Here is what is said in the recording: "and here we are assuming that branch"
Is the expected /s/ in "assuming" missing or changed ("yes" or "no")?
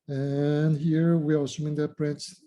no